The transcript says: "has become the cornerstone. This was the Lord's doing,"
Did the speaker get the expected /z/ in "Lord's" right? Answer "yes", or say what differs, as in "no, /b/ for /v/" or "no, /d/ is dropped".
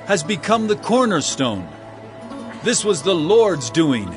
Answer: yes